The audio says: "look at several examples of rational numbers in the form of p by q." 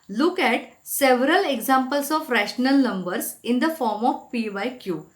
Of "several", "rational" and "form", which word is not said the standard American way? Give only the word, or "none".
none